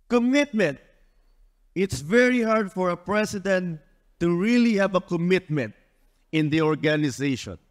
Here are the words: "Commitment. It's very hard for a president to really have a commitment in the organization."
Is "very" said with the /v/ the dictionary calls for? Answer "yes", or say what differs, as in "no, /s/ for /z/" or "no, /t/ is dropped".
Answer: yes